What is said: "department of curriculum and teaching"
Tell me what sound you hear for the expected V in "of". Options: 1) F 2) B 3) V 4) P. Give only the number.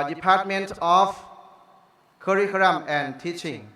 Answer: 1